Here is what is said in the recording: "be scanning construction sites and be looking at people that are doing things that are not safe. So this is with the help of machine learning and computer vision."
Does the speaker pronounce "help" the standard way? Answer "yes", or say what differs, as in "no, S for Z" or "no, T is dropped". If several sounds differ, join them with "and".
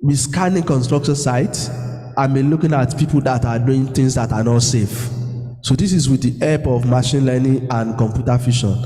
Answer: no, L is dropped